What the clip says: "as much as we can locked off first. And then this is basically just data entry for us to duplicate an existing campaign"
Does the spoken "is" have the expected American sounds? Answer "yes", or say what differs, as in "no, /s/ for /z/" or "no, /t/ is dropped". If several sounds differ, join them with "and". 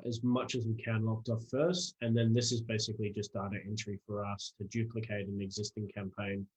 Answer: yes